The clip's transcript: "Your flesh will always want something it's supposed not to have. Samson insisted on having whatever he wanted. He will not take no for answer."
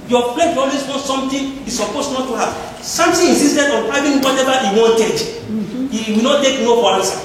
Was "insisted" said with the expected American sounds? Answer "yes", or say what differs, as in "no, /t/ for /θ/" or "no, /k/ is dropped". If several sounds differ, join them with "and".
no, /n/ is dropped